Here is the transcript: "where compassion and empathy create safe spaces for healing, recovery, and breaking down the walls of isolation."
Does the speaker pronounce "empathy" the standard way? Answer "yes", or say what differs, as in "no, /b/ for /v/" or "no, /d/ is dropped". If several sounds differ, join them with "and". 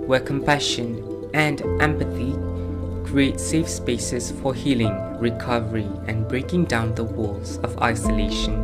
yes